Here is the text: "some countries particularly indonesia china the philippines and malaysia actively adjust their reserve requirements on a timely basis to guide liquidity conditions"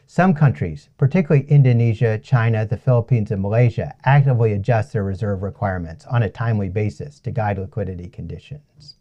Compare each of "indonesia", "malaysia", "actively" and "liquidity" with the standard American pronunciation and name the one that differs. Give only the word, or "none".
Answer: none